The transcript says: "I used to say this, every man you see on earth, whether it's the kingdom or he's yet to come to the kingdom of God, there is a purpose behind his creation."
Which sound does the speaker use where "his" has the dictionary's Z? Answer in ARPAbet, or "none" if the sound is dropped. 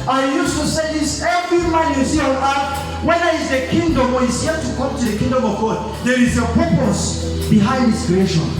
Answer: S